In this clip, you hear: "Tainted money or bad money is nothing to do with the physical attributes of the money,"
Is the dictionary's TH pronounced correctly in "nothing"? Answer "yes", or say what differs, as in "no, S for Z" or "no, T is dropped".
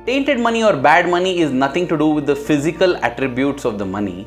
no, T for TH